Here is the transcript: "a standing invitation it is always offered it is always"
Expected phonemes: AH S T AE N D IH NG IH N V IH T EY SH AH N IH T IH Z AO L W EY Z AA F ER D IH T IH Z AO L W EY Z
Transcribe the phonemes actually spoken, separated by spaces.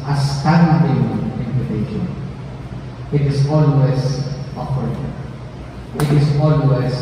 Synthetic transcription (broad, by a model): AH S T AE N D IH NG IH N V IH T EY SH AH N IH T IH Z AO L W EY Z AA P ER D IH T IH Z AO L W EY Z